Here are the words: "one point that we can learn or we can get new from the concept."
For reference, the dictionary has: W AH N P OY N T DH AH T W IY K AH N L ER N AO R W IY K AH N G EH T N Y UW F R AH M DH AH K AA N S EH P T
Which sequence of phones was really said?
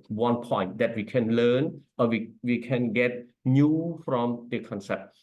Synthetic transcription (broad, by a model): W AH N P OY N T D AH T W IY K AH N L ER N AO W W IY K AH N G EH T N Y UW F R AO M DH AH K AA N S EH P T